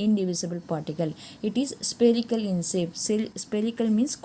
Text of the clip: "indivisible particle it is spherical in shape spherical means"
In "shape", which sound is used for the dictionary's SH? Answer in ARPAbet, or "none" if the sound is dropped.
S